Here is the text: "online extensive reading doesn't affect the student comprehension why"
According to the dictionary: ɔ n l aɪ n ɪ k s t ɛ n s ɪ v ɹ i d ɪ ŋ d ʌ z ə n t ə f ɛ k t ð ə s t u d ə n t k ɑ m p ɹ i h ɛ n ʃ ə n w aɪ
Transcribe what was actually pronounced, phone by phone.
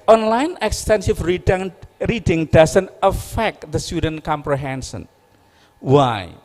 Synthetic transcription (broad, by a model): ɔ n l aɪ n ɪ k s t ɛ n s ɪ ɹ ɹ i d ɪ ŋ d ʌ s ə n t ə f ɛ k t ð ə s t u d ə n t k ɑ m p ɹ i h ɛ n s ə n w aɪ